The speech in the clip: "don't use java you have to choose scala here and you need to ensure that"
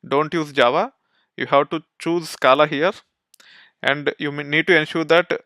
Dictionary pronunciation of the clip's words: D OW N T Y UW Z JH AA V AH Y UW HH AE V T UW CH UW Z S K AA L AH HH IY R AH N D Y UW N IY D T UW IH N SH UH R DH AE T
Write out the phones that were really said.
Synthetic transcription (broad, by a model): D OW N T Y UW Z JH AA V AH Y UW HH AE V T UW CH UW Z S K AA L AH HH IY R AH N D Y UW N IY D T UW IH N SH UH R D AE T